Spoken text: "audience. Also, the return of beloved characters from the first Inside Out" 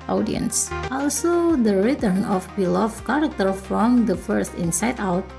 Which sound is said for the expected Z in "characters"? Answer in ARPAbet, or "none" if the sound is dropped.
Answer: none